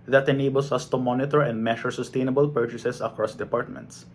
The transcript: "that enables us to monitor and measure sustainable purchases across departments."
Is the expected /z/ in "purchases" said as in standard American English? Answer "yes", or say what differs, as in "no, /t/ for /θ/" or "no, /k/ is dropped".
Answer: no, /s/ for /z/